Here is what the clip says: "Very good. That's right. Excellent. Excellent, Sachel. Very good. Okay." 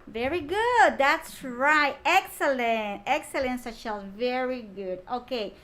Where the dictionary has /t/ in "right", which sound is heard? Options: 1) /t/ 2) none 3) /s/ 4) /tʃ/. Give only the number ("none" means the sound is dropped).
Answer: 1